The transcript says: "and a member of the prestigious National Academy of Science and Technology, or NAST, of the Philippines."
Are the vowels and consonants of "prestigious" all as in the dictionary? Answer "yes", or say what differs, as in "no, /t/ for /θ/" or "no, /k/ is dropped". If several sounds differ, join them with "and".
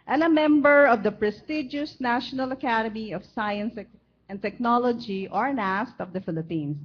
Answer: yes